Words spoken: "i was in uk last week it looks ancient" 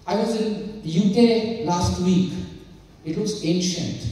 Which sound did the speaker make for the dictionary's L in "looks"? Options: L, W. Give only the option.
W